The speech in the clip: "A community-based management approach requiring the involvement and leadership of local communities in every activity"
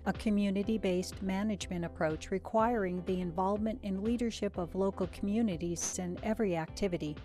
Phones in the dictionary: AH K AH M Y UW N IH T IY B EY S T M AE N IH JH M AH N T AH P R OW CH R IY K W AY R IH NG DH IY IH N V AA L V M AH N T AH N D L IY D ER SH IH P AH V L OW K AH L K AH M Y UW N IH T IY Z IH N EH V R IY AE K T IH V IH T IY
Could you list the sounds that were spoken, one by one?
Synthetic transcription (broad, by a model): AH K AH M Y UW N IH T IY B EY S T M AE N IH JH M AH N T AH P R OW CH R IY K W AY R IH NG DH IY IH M V AA L V M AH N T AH N L IY D ER SH IH P AH V L OW K L K AH M Y UW N IH T IY Z IH N EH V R IY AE K T IH V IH T IY